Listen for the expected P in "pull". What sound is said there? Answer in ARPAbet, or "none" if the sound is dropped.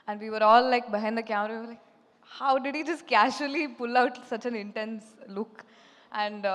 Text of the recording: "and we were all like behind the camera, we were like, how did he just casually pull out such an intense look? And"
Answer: P